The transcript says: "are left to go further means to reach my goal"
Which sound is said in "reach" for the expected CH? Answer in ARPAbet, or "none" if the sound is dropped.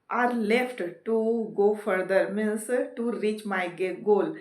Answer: CH